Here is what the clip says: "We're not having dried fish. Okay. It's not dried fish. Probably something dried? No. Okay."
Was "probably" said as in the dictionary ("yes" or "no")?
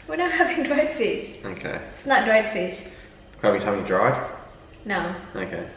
no